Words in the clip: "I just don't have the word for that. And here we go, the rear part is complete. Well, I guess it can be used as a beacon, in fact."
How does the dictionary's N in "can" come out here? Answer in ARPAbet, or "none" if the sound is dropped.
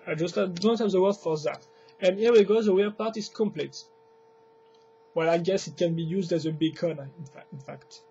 N